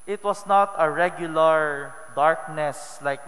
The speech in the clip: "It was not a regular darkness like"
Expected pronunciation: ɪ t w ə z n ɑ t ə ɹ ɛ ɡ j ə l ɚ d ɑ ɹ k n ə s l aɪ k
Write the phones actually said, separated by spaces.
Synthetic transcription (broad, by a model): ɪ t w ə s n ɑ t ə ɹ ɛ ɡ j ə l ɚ d ɑ ɹ k n ə s l aɪ k